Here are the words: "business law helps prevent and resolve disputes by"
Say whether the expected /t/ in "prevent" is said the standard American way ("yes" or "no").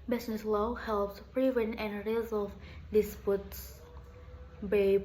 no